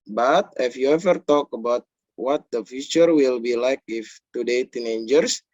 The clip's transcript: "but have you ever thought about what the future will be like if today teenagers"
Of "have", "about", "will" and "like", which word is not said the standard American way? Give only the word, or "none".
have